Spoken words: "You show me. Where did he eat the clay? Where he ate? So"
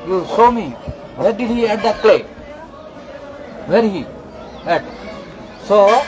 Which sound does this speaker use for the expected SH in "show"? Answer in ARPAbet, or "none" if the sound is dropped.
S